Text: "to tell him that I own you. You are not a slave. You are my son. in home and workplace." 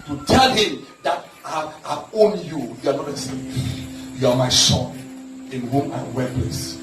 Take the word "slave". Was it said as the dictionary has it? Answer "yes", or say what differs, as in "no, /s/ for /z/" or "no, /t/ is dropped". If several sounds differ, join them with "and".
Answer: no, /l/ is dropped